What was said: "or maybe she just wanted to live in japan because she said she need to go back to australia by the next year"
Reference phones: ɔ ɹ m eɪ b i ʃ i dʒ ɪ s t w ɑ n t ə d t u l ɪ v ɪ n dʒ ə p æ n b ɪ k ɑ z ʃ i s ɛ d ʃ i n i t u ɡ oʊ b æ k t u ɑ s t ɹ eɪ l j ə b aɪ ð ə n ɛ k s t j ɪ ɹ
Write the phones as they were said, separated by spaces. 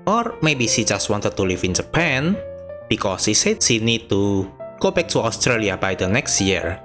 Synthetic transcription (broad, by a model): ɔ ɹ m eɪ b i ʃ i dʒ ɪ s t w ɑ n t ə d t u l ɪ f ɪ n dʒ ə p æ n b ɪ k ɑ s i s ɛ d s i n i t u ɡ oʊ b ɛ k t u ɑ s t ɹ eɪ l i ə b aɪ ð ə n ɛ k s t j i ɹ